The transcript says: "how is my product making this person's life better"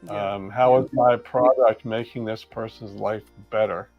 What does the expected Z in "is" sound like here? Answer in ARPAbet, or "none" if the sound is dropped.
Z